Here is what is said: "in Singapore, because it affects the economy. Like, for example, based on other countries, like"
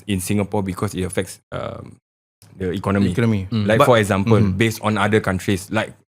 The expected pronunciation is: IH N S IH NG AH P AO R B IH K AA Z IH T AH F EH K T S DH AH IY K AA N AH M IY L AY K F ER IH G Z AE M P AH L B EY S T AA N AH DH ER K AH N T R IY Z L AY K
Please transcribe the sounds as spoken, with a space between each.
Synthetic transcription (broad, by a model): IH N S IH NG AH P AO B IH K AA S IH T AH F EH K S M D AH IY K AA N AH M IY L AY K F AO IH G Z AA M P AH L B EY S T AA N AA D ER K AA N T R IY S L AY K